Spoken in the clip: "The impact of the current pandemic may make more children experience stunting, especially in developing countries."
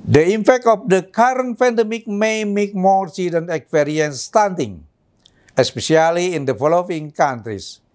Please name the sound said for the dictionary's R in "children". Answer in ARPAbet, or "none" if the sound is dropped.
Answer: none